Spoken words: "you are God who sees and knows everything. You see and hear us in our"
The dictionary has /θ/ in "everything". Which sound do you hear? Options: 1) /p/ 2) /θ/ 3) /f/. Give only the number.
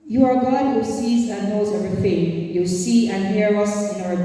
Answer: 3